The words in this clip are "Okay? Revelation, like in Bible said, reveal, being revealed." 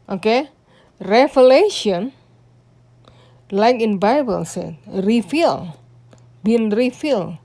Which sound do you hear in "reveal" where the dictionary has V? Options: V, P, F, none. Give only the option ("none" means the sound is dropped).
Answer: F